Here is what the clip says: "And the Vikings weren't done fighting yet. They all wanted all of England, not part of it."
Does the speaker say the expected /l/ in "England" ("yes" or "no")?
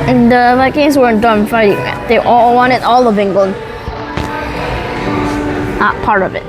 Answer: no